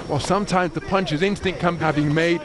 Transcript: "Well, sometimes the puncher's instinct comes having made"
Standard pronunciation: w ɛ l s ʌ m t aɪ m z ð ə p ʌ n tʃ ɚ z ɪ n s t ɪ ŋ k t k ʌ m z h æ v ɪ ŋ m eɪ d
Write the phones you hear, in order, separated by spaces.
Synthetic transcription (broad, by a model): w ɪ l s ʌ m t aɪ m z ð ə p ʌ n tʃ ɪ z ɪ n s t ɪ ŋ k k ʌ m h æ v ɪ ŋ m eɪ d